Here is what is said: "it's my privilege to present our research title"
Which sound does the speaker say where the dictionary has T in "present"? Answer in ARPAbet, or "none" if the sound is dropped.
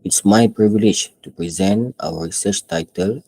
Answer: T